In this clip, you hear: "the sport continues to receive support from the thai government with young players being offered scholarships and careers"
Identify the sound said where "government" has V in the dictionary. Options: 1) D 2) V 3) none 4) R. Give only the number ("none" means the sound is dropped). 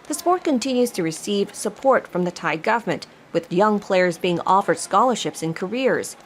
2